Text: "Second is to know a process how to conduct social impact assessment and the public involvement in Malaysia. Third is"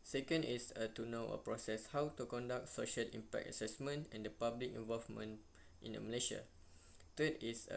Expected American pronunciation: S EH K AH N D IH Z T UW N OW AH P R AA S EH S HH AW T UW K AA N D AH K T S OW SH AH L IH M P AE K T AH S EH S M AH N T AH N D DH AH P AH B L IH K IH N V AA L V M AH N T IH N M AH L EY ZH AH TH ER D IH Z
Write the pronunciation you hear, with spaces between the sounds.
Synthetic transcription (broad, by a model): S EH K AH N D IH S T UW N OW AH P R AA S EH S HH AW T UW K AA N D AH K T S OW SH AH L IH M P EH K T AH S EH S M AH N T AH N D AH P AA B L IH K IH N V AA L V M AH N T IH N M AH L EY SH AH T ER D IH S